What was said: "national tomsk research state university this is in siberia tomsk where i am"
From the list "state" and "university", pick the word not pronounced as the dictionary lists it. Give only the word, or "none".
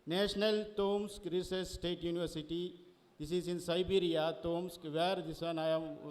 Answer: none